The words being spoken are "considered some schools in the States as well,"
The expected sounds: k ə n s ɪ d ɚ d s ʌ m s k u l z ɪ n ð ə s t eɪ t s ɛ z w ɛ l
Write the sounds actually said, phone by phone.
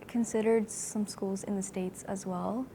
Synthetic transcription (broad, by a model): k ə n s ɪ d ɚ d s ʌ m s k u l z ɪ n ð ə s t eɪ t s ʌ z w ɛ l